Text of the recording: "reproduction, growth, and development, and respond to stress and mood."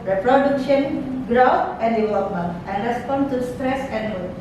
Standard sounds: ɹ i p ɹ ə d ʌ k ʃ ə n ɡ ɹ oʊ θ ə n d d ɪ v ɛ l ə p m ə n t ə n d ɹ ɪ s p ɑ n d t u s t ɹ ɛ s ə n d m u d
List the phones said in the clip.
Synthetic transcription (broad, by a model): ɹ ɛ p ɹ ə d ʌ k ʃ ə n ɡ ɹ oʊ f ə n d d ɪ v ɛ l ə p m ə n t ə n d ɹ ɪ s p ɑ n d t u s t ɹ ɛ s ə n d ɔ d